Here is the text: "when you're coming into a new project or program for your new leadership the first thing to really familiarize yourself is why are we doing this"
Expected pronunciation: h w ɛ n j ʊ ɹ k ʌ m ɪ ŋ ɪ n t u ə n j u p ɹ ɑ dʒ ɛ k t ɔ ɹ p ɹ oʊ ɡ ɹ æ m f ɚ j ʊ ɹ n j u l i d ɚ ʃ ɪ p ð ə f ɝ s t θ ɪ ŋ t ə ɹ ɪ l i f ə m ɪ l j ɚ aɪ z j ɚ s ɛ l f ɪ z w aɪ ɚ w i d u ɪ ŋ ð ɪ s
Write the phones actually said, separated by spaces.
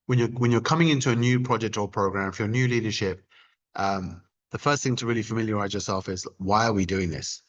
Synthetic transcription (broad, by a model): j w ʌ n j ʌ ɹ k ʌ m ɪ ŋ ɪ n t u ə n j u p ɹ ɑ dʒ ɛ k t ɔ l p ɹ oʊ ɡ ɹ æ m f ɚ j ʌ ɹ n j u l i d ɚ ʃ ɪ p ð ə f ɝ s t θ ɪ ŋ t ə ɹ ɪ l i f ə m ɪ l j ɚ aɪ z j ɚ s ɛ l f ɪ z w aɪ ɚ w i d u ɪ ŋ ð ɪ s